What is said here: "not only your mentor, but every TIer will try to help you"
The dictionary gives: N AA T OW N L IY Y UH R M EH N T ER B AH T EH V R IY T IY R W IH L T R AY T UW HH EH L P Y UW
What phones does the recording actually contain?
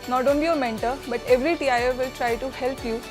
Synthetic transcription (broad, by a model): N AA T OW N L IY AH M EH N T ER B AH T EH V R IY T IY R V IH L T R AY T UW HH EH L P Y UW